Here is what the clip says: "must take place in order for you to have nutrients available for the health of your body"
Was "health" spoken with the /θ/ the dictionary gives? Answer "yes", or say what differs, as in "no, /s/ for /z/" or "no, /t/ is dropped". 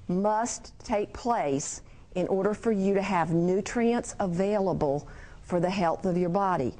yes